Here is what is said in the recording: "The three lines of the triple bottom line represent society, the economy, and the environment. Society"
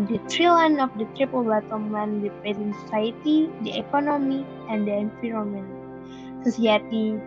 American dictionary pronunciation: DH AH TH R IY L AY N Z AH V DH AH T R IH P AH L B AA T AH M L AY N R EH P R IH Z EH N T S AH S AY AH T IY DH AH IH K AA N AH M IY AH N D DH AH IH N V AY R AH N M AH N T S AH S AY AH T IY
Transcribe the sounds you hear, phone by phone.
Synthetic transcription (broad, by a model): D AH T R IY L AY N AH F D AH T R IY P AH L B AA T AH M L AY N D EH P IH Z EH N S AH S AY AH T IY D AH IH K AA N AH M IY AH N D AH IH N F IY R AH M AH N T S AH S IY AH T IY